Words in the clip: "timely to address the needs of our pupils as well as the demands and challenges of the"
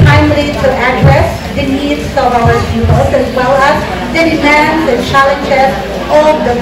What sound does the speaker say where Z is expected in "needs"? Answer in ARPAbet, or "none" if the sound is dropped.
S